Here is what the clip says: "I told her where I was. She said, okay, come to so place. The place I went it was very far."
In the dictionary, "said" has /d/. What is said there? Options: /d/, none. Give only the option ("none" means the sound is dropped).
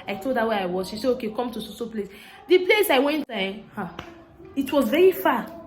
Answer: none